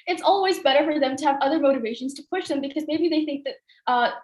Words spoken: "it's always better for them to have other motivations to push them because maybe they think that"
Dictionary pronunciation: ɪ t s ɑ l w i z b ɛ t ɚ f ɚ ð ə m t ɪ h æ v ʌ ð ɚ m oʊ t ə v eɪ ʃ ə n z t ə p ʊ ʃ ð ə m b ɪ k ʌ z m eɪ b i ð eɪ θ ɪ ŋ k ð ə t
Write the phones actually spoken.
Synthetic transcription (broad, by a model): ɪ t s ɑ l w i z b ɛ t ɚ f ɚ ð ə m t ɪ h v ʌ ð ɚ m oʊ t ə v eɪ ʃ ə n z t ə p ʊ ʃ ð ə m b ɪ k ʌ z m eɪ b i ð eɪ θ ɪ ŋ k ð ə t